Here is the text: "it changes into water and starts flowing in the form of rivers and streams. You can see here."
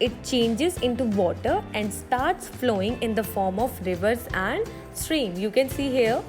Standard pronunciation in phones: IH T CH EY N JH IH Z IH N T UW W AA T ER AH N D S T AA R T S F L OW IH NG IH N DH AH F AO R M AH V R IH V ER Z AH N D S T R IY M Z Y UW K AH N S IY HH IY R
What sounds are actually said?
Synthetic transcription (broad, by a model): IH T CH EY N JH IH Z IH N T UW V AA T ER AH N D S T AA R T S F L OW IH NG IH N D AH F AO R M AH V R IH V ER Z AH N D S T R IY M Y UW K AH N S IY HH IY R